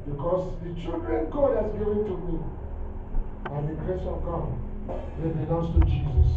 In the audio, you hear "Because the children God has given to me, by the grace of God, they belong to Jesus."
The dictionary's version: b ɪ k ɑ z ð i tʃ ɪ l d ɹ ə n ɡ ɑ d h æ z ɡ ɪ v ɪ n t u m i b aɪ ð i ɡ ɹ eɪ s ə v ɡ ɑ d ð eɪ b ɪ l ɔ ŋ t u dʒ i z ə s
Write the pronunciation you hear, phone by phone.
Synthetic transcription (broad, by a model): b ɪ k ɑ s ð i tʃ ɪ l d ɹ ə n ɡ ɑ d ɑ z ɡ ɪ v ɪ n t u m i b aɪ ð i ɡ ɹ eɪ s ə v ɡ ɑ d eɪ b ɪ n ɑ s t u dʒ i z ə s